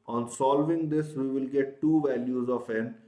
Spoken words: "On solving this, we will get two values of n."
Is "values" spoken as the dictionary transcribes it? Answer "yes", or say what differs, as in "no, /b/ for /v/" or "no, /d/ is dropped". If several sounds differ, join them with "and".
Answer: yes